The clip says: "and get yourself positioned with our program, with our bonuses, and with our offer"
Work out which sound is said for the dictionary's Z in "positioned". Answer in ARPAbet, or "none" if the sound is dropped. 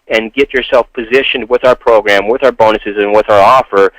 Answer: Z